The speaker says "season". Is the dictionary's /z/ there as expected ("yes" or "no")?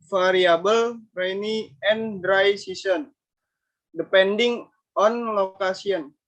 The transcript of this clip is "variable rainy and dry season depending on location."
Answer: no